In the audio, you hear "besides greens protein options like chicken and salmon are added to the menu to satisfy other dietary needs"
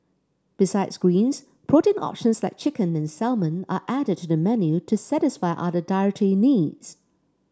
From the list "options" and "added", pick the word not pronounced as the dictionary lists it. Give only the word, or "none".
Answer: none